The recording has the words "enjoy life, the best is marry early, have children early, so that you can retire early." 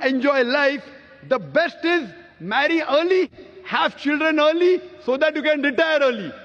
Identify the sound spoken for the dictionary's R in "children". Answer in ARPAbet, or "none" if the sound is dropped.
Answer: R